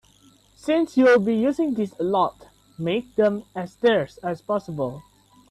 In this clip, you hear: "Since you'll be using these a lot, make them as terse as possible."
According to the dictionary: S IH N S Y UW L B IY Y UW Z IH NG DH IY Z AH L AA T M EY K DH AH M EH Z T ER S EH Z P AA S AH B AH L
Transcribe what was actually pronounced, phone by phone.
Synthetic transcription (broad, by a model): S IH N S Y UW L B IY Y UW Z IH NG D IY S AH L AA T M EY K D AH M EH S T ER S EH S P AA S AH B AH L